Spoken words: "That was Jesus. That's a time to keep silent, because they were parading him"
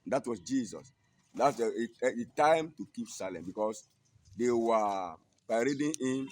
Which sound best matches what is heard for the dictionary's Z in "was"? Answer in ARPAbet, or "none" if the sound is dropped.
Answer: S